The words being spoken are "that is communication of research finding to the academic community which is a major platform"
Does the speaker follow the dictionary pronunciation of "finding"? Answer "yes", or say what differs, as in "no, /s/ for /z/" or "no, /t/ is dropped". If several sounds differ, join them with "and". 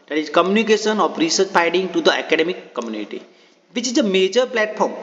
no, /n/ is dropped